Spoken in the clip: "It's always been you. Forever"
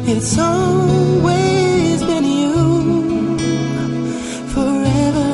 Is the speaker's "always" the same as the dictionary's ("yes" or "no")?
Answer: yes